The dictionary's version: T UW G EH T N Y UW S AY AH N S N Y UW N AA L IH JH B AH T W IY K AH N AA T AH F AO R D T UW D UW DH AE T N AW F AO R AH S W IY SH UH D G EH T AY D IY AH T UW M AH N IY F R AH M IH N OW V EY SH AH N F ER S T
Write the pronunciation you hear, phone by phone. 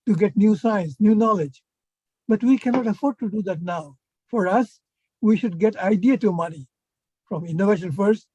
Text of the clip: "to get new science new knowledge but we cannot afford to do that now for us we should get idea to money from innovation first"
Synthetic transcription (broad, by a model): T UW G EH T N Y UW S AY AH N S N Y UW N AA L IH JH B AH T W IY K AH N AA T AH F AO R D T UW D UW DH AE T N AW F AO R AH S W IY SH UH D G EH T AY D IY AH T UW M AH N IY F R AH M IH N OW V EY SH AH N F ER S T